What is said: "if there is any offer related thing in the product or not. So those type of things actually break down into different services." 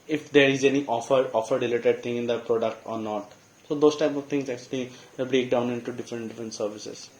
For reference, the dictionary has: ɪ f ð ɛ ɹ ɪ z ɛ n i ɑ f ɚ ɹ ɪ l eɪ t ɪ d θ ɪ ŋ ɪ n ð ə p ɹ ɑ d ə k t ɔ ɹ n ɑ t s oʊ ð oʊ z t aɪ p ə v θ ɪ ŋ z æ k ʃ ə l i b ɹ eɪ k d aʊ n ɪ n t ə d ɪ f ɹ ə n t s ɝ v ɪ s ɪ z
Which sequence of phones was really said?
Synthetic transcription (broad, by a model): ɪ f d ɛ ɹ ɪ z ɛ n i ɑ f ɚ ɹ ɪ l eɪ t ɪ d t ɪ ŋ ɪ n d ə p ɹ ɑ d ə k t ɔ ɹ n ɑ t s oʊ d oʊ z t aɪ p ə v t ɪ ŋ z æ k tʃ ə l i b ɹ eɪ k d aʊ n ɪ n t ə d ɪ f ɹ ə n t s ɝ v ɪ s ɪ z